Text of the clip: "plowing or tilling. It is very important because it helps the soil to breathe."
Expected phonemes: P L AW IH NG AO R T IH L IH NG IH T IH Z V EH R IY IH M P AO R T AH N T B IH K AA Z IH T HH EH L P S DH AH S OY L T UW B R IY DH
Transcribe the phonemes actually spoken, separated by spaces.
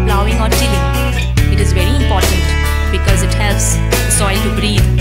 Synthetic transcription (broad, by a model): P L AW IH NG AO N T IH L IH IH T IH Z V EH R IY IH M P AO R T AH N T B IH K AA Z IH T HH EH L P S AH S OY L T UW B R IY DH